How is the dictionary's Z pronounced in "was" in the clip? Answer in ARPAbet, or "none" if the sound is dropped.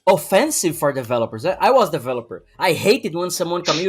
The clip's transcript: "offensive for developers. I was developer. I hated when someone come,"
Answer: Z